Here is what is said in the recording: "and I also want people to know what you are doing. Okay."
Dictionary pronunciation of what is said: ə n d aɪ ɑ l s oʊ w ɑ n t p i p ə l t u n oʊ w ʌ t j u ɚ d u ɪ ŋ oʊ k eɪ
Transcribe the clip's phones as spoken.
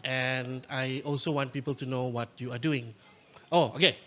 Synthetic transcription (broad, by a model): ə n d aɪ ɑ l s oʊ w ɑ n t p i p ə l t u n oʊ w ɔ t j u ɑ d u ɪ ŋ oʊ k eɪ